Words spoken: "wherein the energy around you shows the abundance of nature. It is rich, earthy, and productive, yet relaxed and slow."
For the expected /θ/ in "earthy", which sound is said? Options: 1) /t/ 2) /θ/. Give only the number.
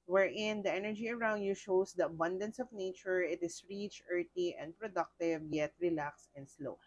1